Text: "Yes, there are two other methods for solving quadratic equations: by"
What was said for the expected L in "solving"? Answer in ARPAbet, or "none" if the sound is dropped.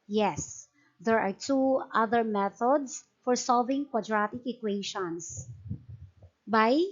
L